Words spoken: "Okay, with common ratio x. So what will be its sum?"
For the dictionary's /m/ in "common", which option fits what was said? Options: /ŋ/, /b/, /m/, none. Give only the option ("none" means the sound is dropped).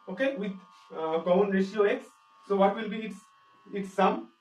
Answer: none